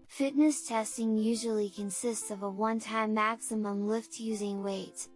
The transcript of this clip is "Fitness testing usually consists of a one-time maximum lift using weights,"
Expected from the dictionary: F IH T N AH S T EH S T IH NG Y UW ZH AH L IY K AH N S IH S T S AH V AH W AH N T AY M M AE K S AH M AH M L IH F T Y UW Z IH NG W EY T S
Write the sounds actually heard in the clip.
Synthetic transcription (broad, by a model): F IH T N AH S T EH S T IH NG Y UW ZH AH L IY K AH N S IH S T S AH V AH W AH N T AY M M AE K S AH M AH M L IH F T Y UW Z IH NG W EY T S